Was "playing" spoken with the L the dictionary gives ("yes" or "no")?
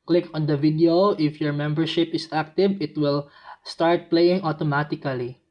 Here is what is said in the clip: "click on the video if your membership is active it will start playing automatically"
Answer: yes